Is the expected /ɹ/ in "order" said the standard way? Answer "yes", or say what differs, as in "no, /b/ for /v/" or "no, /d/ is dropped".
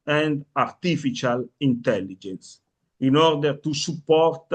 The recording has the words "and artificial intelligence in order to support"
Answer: yes